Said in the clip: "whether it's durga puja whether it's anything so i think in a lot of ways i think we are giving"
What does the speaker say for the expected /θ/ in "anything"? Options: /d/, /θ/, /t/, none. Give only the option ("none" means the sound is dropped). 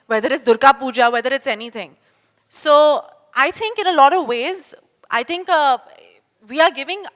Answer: /t/